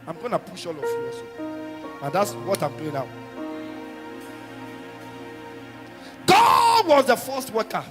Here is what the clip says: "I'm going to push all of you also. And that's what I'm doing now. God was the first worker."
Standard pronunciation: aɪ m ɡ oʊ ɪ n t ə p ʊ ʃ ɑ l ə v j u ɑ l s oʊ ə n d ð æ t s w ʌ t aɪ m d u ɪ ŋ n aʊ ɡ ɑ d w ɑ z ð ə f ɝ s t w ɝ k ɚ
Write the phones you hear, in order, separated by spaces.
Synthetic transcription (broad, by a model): aɪ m ɡ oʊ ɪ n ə p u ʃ ɑ l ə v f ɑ s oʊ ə n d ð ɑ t s w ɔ t aɪ m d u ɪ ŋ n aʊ ɡ ɑ d w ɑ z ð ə f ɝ s t w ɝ k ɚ